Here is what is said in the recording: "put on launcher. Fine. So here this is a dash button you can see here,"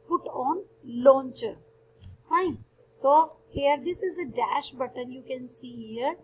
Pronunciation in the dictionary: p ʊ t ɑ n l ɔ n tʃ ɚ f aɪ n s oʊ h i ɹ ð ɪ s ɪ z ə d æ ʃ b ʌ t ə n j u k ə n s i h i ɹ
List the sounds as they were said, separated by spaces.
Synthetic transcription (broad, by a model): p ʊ t ɑ n l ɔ n tʃ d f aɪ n s oʊ h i ɹ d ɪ s ɪ z ə d æ ʃ b ʌ t ə n j u k ə n s i h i ɹ